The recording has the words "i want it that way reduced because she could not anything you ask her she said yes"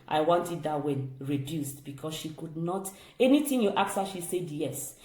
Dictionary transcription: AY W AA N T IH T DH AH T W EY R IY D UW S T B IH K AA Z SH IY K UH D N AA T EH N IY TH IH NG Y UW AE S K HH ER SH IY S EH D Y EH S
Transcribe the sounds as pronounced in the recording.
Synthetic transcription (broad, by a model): AY W AA N T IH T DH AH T W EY R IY D UW S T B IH K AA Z SH IY K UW D N AA T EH N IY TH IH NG Y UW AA K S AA SH IY S EH D Y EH S